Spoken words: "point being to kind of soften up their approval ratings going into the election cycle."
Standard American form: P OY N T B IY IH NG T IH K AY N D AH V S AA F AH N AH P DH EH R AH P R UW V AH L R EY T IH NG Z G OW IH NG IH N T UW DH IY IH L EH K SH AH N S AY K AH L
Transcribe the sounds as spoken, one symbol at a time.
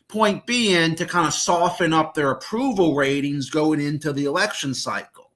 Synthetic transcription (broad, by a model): P OY N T B IY IH NG T IH K AY N D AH S AA F AH N AH P DH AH R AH P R UW V L R EY T IH NG Z G OW IH NG IH N T UW DH IY IH L EH K SH AH N S AY K L